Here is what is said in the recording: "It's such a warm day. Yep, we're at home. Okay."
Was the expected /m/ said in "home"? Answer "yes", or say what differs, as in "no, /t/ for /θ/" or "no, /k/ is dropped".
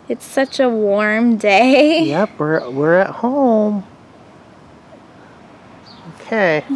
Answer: yes